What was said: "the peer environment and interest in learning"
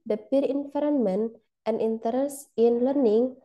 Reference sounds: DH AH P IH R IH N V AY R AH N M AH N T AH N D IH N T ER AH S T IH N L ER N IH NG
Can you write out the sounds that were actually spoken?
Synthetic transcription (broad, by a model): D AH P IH R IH N F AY R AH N M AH N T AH N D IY N T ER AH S IH N L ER N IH NG